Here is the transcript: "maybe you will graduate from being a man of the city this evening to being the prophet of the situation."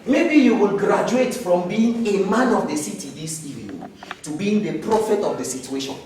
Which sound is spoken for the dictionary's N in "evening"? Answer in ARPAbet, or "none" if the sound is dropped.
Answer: none